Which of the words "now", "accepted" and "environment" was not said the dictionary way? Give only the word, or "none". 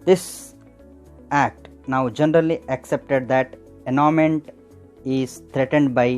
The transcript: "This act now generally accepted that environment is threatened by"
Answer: environment